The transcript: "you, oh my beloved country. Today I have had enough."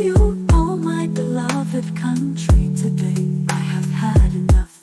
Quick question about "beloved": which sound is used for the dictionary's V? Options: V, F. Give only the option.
V